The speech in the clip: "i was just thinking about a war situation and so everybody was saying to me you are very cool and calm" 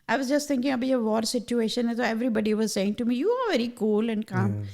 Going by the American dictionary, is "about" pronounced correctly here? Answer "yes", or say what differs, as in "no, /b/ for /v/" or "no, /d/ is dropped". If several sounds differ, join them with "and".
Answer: no, /t/ is dropped